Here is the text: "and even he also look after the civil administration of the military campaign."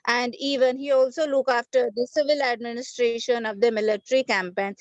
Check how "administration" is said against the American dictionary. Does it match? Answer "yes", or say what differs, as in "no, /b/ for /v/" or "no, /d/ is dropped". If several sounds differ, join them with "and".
yes